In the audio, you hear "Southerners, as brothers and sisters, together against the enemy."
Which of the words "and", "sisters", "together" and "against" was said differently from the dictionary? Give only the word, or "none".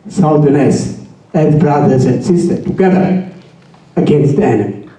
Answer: sisters